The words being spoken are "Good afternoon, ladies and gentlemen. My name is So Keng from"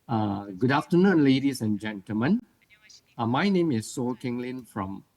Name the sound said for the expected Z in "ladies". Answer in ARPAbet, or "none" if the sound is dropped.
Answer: S